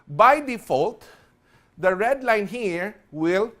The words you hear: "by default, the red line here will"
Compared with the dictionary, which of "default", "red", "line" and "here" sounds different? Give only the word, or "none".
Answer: none